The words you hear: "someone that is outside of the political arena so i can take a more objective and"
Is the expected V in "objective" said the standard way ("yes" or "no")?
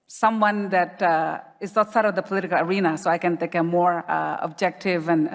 yes